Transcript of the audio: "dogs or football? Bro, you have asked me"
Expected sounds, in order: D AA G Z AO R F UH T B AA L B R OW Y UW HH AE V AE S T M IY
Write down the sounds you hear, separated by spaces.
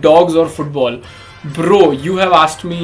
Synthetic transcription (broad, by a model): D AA G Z AO R F UH T B AA L B R OW Y UW HH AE V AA S T M IY